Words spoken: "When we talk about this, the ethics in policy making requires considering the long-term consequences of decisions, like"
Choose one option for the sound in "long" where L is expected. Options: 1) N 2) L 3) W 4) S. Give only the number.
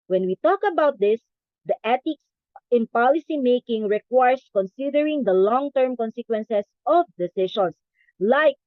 2